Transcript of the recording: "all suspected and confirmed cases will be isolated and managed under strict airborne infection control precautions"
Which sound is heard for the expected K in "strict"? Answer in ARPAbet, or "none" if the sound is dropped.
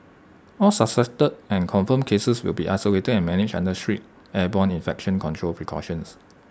none